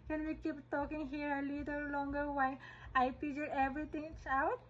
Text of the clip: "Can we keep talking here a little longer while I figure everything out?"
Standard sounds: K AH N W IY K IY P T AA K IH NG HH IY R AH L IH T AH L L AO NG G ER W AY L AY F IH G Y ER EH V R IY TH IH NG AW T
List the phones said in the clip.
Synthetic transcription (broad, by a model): K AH N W IY K IY P T AA K IH NG HH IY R AH L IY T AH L L AO NG G ER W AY AY P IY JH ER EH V R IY T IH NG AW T